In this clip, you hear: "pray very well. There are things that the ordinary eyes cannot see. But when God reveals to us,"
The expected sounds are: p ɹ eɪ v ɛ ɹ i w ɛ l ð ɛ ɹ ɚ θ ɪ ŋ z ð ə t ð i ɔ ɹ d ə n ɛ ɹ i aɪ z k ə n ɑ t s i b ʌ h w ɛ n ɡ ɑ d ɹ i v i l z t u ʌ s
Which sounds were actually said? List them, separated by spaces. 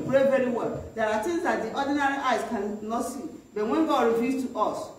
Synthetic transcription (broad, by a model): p ɹ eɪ v ɛ ɹ i w ɛ l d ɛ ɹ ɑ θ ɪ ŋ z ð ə t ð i ɔ d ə n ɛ ɹ i aɪ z k ə n ɑ t s i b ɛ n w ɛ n ɡ ɑ d ɹ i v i z t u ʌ s